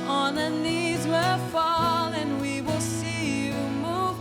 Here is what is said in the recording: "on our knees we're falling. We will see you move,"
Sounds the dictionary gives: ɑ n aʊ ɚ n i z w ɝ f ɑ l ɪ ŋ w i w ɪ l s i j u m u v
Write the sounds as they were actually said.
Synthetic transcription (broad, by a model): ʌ n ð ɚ n i z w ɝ f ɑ l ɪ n w i w ɪ l s i j u m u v